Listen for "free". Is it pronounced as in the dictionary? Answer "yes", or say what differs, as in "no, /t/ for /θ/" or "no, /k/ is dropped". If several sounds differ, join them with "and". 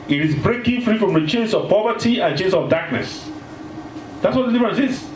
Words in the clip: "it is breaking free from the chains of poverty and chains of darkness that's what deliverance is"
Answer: yes